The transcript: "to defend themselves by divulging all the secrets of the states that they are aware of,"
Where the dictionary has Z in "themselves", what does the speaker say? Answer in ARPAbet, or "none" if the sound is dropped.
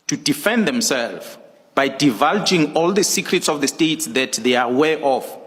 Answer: none